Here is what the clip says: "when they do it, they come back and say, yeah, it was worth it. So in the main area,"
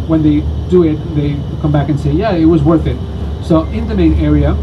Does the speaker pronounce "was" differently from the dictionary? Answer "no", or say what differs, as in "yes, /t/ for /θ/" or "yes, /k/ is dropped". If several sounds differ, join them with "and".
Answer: no